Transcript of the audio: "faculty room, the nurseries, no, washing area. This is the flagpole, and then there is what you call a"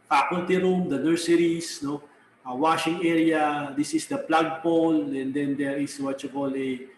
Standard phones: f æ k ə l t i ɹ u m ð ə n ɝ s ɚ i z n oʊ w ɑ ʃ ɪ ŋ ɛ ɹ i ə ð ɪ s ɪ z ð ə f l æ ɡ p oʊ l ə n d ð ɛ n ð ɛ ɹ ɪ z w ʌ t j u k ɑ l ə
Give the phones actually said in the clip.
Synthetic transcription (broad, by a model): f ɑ k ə l t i ɹ u m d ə n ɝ s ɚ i s n oʊ w ɑ ʃ ɪ ŋ ɛ ɹ i ə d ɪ s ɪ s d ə p l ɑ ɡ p oʊ l ə n d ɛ n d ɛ ɹ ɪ s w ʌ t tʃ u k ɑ l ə